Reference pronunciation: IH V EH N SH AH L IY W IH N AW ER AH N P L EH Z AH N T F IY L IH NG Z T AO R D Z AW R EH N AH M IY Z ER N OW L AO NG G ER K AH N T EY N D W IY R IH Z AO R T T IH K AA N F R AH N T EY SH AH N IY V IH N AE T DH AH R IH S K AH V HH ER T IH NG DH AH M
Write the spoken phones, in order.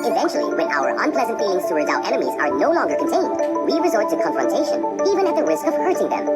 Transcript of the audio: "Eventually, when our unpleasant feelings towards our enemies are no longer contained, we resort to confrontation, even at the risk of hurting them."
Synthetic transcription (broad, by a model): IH V EH N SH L IY W IH N AW ER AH N P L EH Z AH N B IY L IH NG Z T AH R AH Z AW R EH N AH M IY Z ER N OW L AO NG G ER K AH N T EY N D W IY R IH Z AO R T T IH K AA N F R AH N T EY SH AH N IY V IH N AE T DH AH R IH S K AH V HH ER T IH NG DH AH M